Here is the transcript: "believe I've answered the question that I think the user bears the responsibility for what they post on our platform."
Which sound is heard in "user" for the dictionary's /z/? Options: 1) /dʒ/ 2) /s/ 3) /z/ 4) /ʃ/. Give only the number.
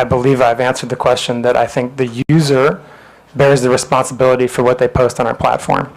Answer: 3